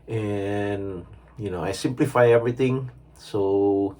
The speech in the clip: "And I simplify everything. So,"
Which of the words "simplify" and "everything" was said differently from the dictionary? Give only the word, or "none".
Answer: everything